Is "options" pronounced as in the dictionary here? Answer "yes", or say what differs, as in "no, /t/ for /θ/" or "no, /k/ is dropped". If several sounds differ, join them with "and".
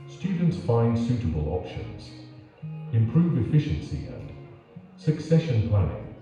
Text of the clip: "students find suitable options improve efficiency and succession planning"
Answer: yes